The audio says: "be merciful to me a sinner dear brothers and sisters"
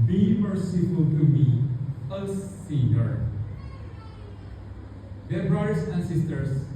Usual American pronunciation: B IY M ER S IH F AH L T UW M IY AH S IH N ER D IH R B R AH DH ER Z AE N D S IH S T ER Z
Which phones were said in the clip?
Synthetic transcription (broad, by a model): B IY M ER S IH F AH L T UW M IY AH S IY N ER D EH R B R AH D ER S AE N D S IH S T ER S